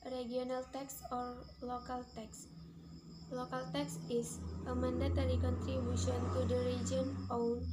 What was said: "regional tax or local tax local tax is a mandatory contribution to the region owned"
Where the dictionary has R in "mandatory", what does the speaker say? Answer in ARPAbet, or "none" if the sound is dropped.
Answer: L